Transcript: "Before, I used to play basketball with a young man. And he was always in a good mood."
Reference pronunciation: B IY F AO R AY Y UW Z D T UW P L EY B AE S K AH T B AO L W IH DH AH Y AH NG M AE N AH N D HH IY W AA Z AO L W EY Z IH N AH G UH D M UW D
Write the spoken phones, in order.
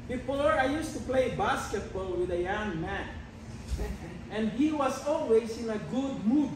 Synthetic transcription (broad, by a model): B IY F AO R AY Y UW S T UW P L EY B AE S K AH T B AO L W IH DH AH Y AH NG M AE N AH N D HH IY W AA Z AO L W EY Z IH N AH G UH D M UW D